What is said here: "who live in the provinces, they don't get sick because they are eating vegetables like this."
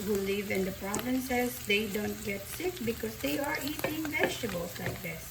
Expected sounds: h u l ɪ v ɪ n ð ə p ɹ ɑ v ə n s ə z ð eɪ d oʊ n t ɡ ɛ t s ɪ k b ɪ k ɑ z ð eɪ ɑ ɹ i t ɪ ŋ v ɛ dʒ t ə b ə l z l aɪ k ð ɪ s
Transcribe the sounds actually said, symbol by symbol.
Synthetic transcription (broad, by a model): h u l ɪ v ɪ n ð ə p ɹ ɑ v ə n s ə z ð eɪ d oʊ n t ɡ ɛ t s ɪ k b ɪ k ɑ z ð eɪ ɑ ɹ i t ɪ ŋ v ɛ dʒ t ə b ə l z l aɪ k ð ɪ s